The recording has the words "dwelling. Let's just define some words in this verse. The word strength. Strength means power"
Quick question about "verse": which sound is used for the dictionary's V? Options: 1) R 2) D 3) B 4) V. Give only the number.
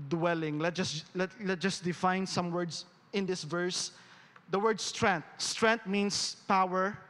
4